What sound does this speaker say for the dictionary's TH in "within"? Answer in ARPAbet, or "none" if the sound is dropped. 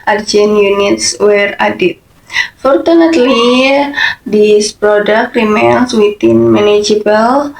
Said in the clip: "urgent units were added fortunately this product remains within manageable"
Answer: T